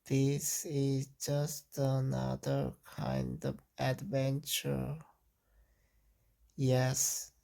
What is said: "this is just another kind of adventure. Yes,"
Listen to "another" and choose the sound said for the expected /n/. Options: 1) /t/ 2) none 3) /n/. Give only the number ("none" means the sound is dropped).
3